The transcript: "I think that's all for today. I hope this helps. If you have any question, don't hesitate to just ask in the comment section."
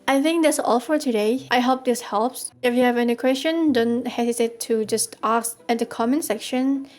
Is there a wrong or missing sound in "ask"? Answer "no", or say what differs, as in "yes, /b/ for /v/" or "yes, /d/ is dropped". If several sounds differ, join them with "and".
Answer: yes, /k/ is dropped